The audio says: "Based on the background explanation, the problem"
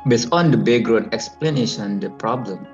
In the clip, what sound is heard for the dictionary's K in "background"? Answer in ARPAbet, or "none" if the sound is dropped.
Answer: none